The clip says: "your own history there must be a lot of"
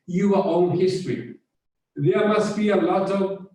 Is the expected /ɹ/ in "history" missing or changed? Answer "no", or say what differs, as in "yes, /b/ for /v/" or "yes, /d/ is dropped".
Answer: no